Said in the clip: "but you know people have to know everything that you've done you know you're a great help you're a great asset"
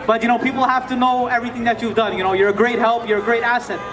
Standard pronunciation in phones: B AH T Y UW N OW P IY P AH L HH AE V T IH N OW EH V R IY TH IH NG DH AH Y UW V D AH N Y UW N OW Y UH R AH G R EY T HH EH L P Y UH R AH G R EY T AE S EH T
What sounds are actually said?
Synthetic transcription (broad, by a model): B AH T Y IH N OW P IY P L HH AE F T IH N OW EH V R IY TH IH NG DH AH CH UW V D AH N Y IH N OW Y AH R AH G R EY T HH EH L P Y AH R AH G R EY T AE S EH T